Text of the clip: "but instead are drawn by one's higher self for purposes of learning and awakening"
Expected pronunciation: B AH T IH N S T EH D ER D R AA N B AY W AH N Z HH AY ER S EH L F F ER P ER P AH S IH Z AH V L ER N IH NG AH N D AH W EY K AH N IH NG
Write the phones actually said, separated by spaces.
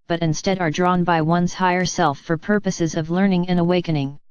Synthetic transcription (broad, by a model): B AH T IH N S T EH D ER D R AA N B AY W AH N Z HH AY ER S EH L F F ER P ER P AH S IH Z AH V L ER N IH NG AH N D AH W EY K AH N IH NG